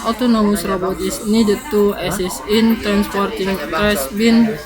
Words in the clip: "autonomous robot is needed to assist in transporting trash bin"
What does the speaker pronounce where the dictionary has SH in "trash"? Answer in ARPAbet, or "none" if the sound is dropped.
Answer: S